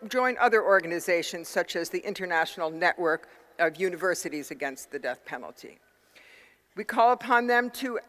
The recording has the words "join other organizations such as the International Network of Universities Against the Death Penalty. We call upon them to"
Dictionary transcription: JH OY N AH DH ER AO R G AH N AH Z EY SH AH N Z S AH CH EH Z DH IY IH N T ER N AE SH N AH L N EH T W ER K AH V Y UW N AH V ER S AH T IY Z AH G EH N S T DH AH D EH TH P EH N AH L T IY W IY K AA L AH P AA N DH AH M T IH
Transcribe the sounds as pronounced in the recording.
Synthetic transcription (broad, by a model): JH OY N AH DH ER AO R G AH N AH Z EY SH AH N Z S AH CH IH Z DH IY IH N T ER N AE SH N L N EH T W ER K AH V Y UW N AH V ER S AH T IY Z AH G EH N S T DH AH D EH TH P EH N L T IY W IY K AA L AH P AA N DH AH M T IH